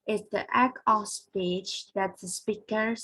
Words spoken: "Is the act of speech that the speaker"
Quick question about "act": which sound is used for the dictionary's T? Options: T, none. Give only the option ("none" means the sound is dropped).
none